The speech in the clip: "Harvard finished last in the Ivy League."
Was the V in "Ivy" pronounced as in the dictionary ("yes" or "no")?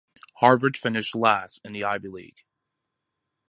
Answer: no